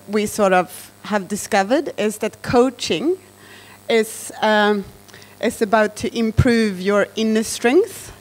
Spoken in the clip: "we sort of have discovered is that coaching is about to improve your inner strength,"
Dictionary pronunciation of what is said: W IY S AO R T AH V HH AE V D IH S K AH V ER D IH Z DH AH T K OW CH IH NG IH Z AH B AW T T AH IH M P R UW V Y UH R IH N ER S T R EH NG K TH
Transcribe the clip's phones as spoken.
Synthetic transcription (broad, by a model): W IY S AO R T AH V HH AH V D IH S K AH V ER D IH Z DH AH T K OW CH IH NG IH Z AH B AW T T IH M P R UW V Y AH R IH N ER S T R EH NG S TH